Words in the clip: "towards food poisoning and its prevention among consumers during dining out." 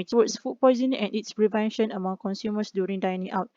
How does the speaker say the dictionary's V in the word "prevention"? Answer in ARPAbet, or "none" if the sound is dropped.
V